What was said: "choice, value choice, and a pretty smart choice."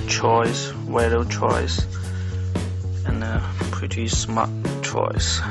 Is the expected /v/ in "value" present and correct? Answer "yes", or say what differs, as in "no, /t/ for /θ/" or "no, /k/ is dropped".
no, /w/ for /v/